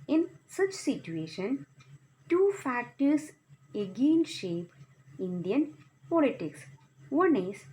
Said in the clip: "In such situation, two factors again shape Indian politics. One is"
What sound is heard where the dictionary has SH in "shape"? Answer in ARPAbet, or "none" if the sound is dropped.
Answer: SH